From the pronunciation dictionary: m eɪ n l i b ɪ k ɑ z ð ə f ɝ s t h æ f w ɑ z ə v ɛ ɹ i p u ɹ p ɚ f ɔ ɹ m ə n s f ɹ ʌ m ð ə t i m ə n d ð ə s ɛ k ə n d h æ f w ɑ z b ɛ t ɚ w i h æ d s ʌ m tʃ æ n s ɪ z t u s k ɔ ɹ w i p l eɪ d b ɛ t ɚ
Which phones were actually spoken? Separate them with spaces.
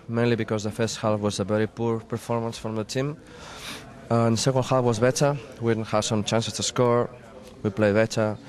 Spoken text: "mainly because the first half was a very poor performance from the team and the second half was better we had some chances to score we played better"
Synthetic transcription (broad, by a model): m eɪ n l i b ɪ k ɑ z ð ə f ɝ s t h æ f w ɑ z ə v ɛ ɹ i p u ɹ p ɚ f ɔ ɹ m ə n s f ɹ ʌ m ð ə t i m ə n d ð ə s ɛ k ə n d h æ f w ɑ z b ɛ t ɚ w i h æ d s ʌ m tʃ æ n s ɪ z t u s k ɔ ɹ w i p l eɪ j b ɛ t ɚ